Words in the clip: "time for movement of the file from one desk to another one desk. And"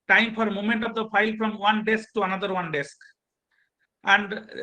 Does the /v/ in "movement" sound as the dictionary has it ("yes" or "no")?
no